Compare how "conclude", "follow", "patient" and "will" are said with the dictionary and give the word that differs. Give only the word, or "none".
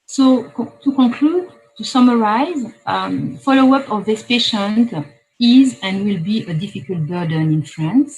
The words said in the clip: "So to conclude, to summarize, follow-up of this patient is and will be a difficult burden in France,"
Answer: conclude